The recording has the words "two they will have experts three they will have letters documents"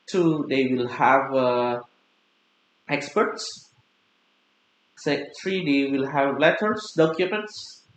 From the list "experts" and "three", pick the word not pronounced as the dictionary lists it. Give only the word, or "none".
three